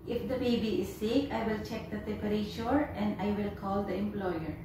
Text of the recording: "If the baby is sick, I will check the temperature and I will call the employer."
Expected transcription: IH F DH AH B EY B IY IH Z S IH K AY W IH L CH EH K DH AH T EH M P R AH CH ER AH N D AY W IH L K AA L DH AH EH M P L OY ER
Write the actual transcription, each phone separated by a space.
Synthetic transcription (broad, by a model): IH F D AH B EY B IY IH Z S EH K AY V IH L CH EH K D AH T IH P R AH SH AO AH N D AY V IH L K AA L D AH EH M P L OY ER